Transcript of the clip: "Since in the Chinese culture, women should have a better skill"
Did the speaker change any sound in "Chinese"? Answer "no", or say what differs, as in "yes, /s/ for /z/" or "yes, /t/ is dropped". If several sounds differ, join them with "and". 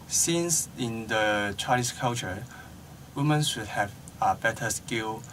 yes, /s/ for /z/